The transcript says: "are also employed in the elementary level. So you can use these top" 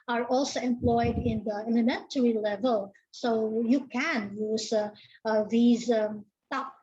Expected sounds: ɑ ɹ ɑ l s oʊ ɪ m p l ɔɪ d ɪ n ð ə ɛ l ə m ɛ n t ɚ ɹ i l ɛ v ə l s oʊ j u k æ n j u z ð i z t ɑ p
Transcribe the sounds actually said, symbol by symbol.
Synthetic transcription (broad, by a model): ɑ ɹ ɑ l s oʊ ɪ m p l ɔɪ d ɪ n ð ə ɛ l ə m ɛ n t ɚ ɹ i l ɛ v ə l s oʊ j u k æ n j u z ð i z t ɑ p